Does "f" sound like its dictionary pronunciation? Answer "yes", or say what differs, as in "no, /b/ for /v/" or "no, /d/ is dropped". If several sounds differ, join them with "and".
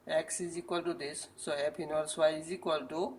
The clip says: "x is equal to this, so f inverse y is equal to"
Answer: no, /p/ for /f/